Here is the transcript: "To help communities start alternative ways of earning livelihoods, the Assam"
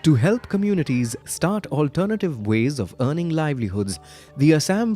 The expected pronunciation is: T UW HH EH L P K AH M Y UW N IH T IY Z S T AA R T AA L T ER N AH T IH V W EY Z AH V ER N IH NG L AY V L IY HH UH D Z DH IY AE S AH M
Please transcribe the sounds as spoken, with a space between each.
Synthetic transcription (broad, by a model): T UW HH EH L P K AH M Y UW N IH T IY Z S T AA R T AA L T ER N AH T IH V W EY Z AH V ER N IH NG L AY V L IY HH UH D Z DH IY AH S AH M